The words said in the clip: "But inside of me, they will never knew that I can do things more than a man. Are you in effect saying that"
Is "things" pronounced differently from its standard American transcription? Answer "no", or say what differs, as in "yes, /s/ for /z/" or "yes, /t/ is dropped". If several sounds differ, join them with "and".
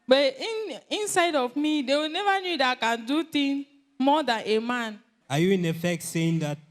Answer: yes, /t/ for /θ/ and /z/ is dropped